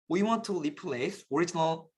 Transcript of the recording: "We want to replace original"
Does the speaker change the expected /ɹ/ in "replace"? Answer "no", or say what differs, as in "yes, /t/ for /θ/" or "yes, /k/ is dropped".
yes, /l/ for /ɹ/